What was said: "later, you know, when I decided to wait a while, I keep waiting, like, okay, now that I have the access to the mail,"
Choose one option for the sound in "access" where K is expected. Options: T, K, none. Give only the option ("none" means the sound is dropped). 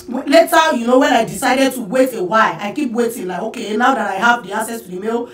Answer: none